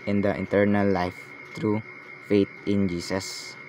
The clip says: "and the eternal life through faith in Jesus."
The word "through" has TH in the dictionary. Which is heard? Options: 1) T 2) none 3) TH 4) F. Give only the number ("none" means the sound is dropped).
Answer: 1